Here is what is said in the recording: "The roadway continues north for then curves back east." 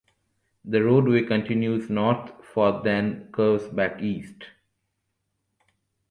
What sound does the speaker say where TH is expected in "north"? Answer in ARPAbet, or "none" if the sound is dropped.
T